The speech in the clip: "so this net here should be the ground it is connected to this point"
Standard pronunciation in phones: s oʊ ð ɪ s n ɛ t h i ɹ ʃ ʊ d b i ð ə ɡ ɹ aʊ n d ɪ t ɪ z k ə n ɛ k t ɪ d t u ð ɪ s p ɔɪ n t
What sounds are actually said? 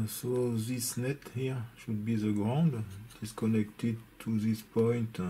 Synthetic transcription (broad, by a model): s oʊ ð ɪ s n ɛ t h i ɹ ʃ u d b i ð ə ɡ ɹ aʊ n d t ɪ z k ə n ɛ k t ɪ d t u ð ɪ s p ɔɪ n t